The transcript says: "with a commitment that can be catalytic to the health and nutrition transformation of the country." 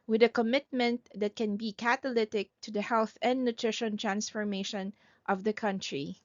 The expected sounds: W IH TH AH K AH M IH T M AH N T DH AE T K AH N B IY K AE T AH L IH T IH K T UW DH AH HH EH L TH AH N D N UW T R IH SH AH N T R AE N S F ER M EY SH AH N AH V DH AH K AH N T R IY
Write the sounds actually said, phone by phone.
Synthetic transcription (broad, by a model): W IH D AH K AH M IH T M AH N T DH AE T K AH N B IY K AE T AH L IH T IH K T UW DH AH HH EH L TH AH N D N UW T R IH SH AH N T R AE N S F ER M EY SH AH N AH V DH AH K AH N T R IY